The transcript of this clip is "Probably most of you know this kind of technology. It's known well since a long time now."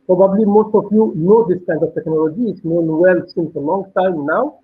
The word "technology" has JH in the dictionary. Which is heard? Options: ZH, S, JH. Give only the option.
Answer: JH